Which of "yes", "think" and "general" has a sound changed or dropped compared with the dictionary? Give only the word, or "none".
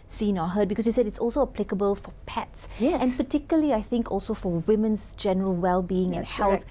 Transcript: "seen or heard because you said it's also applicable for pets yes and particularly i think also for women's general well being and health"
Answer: yes